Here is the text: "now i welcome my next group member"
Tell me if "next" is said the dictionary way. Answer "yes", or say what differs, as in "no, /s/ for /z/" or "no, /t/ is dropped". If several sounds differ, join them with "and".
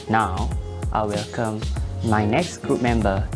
yes